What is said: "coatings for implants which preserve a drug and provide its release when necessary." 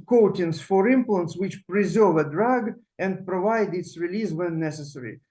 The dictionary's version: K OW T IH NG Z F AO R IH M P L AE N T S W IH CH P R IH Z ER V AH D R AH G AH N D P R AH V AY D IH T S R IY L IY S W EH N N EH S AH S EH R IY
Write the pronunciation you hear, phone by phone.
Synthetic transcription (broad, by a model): K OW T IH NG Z F AO R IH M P L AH N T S W IH CH P R IH Z ER V AH D R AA G AH N D P R AH V AY D IH T S R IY L IY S W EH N N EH S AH S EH R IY